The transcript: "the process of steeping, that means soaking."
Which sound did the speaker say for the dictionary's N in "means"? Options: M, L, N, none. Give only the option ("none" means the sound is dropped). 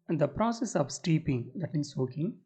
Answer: none